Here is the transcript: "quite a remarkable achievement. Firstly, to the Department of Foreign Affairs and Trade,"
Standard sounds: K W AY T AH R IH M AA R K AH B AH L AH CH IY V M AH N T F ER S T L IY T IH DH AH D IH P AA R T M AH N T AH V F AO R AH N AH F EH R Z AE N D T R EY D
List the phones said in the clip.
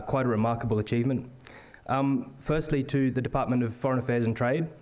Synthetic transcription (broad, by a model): K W AY T AH R IH M AA R K AH B AH L AH CH IY V M AH N T F ER S T L IY T IH DH AH D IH P AA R T M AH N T AH V F AO R AH N AH F EH R Z N T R EY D